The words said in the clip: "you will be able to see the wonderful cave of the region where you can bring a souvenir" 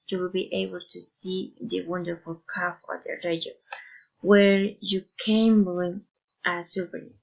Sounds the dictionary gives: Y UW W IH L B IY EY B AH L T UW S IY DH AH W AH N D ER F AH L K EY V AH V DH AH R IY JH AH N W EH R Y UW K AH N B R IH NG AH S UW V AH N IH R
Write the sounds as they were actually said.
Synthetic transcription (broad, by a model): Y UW W IH L B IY EY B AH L T UW S IY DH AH W AH N D ER F AH L K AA F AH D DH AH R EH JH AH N W EH R Y UW K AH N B L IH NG AH S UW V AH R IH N